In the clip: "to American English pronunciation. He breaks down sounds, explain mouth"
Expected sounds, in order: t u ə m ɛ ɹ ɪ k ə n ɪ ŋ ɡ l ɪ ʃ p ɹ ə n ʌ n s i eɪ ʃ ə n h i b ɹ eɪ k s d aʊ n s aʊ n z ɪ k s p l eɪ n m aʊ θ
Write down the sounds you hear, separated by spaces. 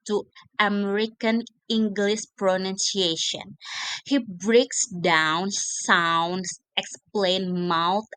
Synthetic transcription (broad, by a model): t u ə m ɛ ɹ ɪ k ə n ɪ ŋ ɡ l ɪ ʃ p ɹ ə n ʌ n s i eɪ ʃ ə n h i b ɹ eɪ k s d aʊ n s aʊ n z ɪ k s p l eɪ n m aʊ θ